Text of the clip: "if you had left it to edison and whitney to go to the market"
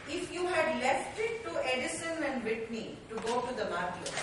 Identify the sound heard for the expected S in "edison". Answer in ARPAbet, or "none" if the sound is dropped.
S